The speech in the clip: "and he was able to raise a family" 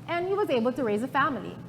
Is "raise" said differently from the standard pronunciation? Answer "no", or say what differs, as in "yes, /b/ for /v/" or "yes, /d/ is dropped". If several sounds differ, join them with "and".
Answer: no